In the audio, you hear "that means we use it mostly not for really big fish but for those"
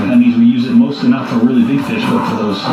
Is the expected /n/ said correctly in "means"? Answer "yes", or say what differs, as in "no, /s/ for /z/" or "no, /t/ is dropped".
no, /n/ is dropped